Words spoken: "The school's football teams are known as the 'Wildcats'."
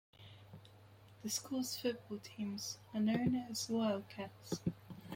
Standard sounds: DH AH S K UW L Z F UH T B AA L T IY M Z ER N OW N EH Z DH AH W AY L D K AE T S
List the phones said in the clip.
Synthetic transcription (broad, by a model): DH AH S K UW L Z F UH T B AA L T IY M Z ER N OW N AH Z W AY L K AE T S